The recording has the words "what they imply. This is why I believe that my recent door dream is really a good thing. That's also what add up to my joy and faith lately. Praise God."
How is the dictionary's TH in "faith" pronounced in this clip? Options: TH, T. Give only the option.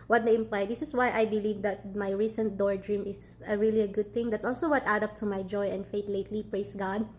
T